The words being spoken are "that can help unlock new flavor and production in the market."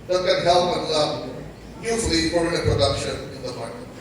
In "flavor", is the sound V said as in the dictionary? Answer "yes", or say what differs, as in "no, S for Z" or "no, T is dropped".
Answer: no, P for V